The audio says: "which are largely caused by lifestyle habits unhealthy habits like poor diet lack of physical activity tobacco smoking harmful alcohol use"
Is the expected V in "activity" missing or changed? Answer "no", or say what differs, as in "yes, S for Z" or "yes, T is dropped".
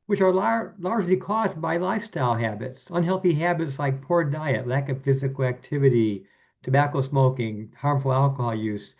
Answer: no